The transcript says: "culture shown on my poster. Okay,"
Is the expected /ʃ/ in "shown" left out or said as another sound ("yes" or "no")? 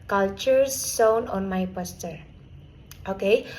yes